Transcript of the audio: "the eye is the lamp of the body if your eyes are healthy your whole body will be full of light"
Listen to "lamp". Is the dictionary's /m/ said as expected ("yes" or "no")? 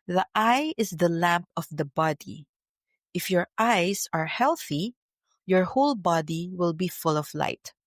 yes